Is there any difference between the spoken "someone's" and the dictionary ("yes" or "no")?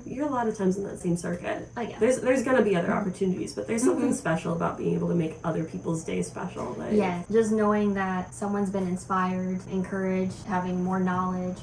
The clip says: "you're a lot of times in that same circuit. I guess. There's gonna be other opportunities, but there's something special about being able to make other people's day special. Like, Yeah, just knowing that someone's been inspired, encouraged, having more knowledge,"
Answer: no